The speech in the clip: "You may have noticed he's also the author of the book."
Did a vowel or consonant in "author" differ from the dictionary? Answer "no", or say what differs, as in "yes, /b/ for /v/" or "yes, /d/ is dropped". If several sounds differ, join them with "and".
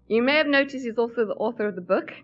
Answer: no